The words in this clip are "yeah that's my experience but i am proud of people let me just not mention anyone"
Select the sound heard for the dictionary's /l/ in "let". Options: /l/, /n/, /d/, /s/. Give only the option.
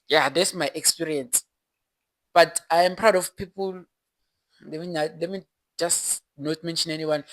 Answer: /n/